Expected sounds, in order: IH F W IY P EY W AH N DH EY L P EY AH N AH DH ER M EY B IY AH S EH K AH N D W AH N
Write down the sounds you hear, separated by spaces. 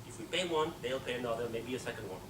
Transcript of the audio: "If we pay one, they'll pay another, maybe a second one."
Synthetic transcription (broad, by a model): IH F W IY P EY W AH N DH EY L P EY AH N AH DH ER M EY B IY AH S EH K AH N D W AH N